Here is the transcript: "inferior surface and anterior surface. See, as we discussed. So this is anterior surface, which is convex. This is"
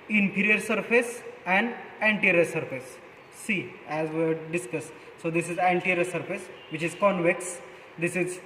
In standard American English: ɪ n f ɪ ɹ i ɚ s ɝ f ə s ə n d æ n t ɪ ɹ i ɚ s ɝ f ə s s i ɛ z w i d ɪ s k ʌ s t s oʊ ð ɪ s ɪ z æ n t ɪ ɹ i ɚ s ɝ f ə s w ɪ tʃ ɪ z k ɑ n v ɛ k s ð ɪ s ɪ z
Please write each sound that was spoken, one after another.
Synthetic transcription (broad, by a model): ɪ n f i ɹ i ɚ s ɝ f ə s ə n d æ n t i ɹ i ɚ s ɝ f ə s s i ɛ z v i d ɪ s k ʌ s s oʊ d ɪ s ɪ z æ n t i ɹ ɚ s ɝ f ə s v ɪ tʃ ɪ z k ɑ n v ɛ k s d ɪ s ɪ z